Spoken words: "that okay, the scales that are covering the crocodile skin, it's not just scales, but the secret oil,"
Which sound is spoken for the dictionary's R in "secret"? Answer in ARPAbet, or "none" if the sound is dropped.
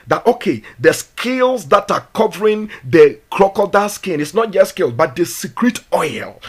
R